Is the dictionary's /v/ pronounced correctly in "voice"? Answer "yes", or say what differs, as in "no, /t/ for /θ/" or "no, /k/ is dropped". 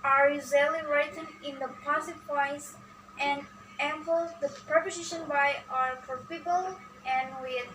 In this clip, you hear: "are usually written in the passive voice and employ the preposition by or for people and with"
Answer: no, /p/ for /v/